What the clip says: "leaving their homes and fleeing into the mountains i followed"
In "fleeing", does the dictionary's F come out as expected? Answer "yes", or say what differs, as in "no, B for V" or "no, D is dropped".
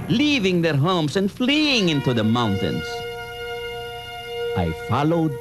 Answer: yes